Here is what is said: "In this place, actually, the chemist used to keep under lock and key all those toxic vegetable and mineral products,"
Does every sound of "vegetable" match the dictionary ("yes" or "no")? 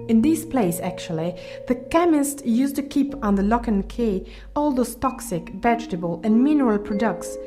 yes